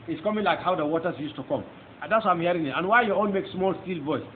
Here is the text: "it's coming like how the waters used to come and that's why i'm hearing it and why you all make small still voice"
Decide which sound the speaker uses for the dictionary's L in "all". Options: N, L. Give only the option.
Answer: N